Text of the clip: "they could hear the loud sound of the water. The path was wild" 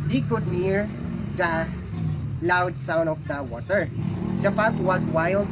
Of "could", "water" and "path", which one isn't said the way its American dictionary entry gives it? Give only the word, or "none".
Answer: path